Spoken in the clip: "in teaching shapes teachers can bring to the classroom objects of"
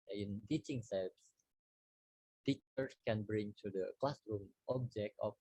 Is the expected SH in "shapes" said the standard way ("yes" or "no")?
no